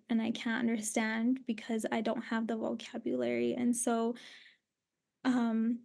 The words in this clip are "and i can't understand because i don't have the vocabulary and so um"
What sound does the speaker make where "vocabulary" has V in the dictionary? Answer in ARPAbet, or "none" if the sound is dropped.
V